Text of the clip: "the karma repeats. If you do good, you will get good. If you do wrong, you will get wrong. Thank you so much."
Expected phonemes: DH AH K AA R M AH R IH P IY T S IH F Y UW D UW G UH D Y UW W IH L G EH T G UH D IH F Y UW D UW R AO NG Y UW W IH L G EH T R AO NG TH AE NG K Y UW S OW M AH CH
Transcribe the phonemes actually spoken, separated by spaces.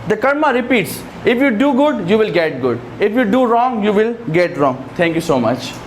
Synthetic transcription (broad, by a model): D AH K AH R M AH R IH P IY T S IH F Y UW D UW G UH D Y UW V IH L G EH T G UH D IH F Y UW D UW R AO NG Y UW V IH L G EH T R AO NG T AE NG K Y UW S OW M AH CH